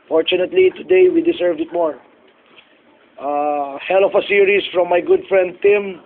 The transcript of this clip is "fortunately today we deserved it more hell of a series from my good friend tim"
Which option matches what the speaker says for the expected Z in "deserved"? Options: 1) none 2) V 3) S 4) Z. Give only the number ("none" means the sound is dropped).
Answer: 3